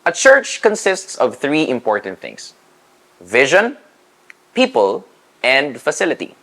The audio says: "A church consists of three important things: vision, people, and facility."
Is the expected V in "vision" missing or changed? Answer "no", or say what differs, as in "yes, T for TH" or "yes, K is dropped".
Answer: no